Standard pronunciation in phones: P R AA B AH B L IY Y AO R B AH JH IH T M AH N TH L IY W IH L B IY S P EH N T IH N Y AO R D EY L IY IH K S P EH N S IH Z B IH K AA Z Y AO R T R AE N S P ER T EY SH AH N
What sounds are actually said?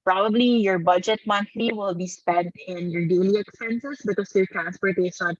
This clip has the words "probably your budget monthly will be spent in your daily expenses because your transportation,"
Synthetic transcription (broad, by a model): P R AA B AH B L IY Y AO R B AH JH IH T M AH N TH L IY W IH L B IY S P EH N T IH N Y AO R D EY L IY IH K S P EH N S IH S B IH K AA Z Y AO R T R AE N S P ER T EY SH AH N